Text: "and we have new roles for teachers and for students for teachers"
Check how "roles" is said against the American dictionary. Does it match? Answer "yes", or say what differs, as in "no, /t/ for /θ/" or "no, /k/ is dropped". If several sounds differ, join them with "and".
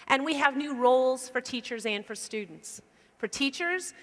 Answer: yes